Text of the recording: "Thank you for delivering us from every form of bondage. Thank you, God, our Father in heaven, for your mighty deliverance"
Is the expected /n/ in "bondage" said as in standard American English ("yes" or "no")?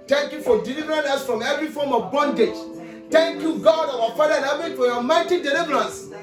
yes